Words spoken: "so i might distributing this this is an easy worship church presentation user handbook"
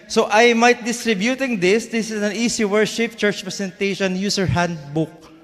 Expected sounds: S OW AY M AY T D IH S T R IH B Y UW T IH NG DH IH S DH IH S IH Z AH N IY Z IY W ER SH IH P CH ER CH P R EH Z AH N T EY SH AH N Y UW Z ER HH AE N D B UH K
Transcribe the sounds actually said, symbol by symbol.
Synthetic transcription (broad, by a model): S OW AY M AY T D IH S T R IH B Y UW T IH NG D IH S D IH S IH S AH N IY S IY W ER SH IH P CH ER CH P R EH S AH N T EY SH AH N Y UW S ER HH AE N D B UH K